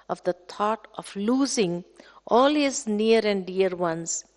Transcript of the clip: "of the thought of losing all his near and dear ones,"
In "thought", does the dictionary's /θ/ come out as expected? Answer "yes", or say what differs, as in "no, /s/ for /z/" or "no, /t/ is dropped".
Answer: no, /t/ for /θ/